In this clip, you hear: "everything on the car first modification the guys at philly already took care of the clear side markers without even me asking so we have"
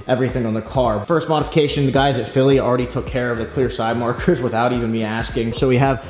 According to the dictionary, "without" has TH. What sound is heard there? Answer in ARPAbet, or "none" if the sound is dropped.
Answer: TH